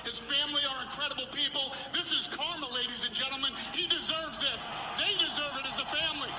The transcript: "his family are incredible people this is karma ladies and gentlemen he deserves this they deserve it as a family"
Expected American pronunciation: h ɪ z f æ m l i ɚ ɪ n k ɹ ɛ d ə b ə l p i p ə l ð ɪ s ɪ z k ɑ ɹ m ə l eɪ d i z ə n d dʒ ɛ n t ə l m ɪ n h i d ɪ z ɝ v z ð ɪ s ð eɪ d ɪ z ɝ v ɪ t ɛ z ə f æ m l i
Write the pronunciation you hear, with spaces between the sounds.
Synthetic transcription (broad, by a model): h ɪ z f æ m l i ɚ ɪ n k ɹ ɛ d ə b l p i p l ð ɪ s ɪ z k ɑ ɹ m ə l eɪ d i z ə n dʒ ɛ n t l m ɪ n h i d ɪ z ɝ v z ð ɪ s ð eɪ d ɪ z ɝ v ɪ t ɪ z ə f æ m l i